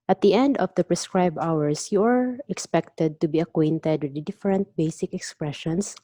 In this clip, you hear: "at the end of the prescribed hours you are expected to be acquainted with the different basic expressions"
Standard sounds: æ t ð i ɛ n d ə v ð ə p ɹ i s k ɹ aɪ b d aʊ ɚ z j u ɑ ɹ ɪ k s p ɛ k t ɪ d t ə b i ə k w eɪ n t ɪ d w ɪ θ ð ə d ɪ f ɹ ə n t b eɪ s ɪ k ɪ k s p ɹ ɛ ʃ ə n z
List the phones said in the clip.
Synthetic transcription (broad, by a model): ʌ t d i ɛ n d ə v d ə p ɹ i s k ɹ aɪ b aʊ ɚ s j u ɑ ɹ ɪ k s p ɛ k t ɪ d t ə b i ə k w eɪ n t ɪ d w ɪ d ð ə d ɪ f ɹ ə n t b eɪ s ɪ k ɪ k s p ɹ ɛ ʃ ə n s